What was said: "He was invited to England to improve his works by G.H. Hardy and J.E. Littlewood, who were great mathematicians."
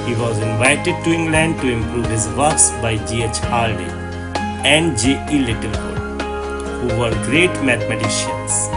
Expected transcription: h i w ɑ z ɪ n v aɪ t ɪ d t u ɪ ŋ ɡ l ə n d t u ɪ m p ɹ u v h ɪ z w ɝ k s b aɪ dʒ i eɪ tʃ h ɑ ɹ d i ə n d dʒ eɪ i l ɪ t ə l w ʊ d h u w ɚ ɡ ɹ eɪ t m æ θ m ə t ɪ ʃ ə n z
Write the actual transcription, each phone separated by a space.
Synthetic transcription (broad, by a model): h i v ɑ z ɪ n v aɪ t ɪ d t u ɪ ŋ ɡ l ə n d t u ɪ m p ɹ u v h ɪ z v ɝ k s b aɪ dʒ i eɪ tʃ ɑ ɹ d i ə n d dʒ eɪ i l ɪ t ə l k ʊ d h u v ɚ ɡ ɹ eɪ t m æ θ m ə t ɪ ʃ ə n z